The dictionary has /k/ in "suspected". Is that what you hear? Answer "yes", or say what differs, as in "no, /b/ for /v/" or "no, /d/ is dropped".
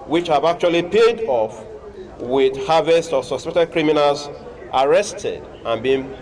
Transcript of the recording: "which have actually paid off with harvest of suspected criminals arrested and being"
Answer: no, /k/ is dropped